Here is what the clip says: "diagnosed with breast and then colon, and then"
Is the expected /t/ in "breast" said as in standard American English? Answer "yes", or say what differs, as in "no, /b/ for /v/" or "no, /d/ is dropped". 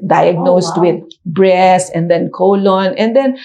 no, /t/ is dropped